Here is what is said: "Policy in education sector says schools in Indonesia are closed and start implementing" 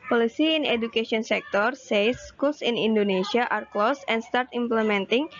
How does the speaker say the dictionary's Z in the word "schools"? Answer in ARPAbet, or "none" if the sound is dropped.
S